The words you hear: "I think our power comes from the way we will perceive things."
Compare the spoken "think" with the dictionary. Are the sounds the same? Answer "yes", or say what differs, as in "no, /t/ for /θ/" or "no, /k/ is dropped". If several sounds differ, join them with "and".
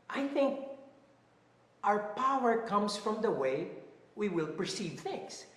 yes